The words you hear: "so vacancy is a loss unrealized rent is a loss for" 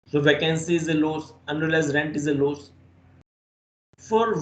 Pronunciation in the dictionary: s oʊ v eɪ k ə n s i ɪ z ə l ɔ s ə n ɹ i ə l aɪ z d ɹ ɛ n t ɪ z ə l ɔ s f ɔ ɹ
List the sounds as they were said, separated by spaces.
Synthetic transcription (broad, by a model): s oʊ v eɪ k ə n s i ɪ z ə l ɔ s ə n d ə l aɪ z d ɹ ɛ n t ɪ z ə l ɔ s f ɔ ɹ